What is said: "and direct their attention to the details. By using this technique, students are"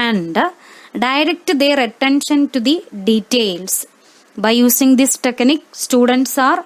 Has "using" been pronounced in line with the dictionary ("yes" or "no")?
no